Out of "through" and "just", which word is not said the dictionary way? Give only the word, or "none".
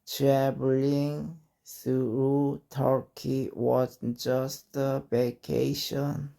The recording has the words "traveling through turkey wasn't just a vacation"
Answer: through